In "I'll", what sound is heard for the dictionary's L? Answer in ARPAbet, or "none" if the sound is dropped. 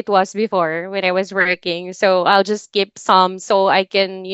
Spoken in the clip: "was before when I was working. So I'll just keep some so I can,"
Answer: L